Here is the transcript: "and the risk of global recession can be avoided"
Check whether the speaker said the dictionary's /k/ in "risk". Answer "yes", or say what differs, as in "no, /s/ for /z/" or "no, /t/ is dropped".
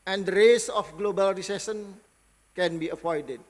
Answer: no, /k/ is dropped